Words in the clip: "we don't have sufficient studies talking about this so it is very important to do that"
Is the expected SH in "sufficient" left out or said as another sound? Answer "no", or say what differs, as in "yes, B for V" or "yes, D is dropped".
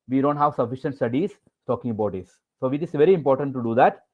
no